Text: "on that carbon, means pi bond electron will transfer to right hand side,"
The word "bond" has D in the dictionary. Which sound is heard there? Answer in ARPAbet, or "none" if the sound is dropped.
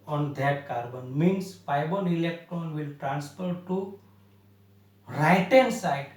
none